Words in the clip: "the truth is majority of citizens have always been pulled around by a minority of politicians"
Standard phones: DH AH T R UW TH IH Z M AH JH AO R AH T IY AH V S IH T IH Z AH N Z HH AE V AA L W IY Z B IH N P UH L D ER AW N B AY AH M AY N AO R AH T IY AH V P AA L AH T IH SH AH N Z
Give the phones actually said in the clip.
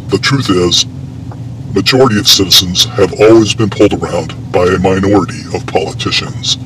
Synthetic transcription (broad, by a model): DH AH T R UW TH IH Z M AH JH AO R AH T IY AH V S IH T IH Z AH N Z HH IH V AA L W IY Z B IH N P UH L D ER AW N B AY AH M AY N AO R AH T IY AH V P AA L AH T IH SH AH N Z